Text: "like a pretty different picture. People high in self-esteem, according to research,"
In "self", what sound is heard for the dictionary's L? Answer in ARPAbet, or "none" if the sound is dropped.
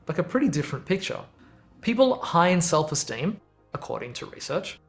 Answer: L